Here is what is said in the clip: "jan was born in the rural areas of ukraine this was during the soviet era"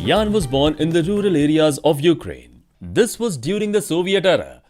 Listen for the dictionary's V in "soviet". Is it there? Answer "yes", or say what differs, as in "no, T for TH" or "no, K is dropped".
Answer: yes